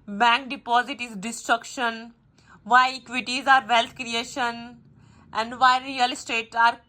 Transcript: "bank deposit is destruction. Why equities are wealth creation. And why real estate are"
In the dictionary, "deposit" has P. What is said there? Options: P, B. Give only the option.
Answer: P